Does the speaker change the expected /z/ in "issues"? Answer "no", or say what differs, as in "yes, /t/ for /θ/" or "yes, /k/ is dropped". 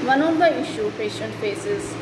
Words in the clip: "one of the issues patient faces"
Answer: yes, /z/ is dropped